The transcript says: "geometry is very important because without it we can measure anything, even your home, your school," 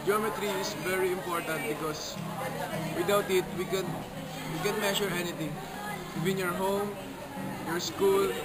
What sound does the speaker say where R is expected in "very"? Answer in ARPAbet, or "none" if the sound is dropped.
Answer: R